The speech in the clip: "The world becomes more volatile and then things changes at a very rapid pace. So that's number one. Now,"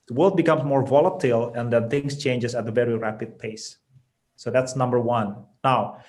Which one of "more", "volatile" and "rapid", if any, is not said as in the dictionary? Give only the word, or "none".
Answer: none